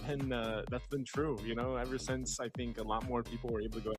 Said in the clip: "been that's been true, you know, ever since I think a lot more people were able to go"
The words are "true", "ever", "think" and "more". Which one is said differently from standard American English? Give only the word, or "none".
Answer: none